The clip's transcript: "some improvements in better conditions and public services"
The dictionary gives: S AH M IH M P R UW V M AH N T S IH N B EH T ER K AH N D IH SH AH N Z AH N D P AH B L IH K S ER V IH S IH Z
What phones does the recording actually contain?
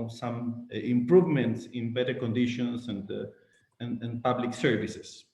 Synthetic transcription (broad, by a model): S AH M IH M P R UW V M AH N T S IH N B EH T ER K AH N D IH SH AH N S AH N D P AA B L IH K S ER V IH S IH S